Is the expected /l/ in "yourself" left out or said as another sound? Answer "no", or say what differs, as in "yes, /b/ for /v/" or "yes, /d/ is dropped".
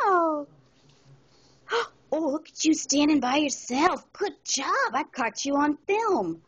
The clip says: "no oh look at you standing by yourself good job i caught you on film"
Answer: no